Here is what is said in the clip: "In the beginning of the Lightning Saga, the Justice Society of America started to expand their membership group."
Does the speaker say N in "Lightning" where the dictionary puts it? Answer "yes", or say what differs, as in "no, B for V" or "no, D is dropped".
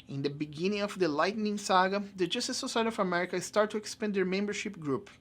yes